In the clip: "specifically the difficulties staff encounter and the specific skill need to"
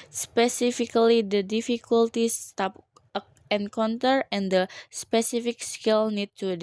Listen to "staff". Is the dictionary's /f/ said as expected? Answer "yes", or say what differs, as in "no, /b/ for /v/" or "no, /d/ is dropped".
no, /p/ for /f/